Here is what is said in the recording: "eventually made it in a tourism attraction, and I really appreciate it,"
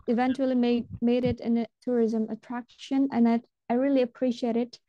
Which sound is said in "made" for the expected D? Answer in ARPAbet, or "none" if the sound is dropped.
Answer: D